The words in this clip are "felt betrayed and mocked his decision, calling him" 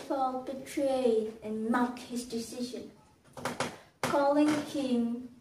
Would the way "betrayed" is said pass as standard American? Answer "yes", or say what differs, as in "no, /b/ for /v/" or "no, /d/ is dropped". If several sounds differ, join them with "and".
no, /d/ is dropped